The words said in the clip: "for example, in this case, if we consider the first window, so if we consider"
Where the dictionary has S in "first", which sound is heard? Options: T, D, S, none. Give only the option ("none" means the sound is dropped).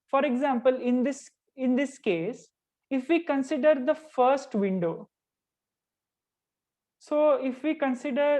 S